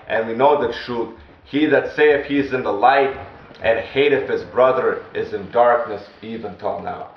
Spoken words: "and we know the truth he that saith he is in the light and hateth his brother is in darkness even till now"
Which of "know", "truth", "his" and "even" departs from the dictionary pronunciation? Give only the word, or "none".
truth